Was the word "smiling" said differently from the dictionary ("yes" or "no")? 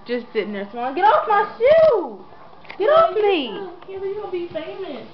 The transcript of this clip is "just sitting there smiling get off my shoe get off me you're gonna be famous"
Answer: yes